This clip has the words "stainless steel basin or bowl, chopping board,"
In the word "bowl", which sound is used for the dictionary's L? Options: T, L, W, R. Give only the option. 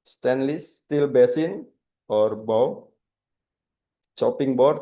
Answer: W